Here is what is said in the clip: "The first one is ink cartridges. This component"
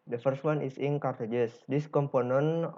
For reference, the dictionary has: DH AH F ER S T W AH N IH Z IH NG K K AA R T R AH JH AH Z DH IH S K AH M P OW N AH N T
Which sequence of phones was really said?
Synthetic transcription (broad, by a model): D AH F ER S T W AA N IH S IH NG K K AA R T AH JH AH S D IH S K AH M P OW N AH N